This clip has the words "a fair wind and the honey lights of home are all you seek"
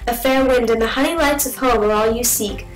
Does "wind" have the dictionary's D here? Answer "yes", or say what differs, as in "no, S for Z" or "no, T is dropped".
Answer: yes